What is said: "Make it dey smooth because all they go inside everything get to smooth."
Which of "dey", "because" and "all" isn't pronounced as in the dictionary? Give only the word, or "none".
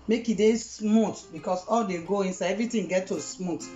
because